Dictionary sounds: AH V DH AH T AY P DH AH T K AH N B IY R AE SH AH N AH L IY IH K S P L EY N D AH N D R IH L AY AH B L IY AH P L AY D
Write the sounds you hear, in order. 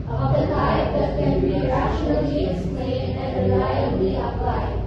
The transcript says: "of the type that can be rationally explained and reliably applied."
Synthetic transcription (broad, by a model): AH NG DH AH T AY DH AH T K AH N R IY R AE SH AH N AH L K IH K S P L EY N AH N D R IH L AY AH B L IY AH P L AY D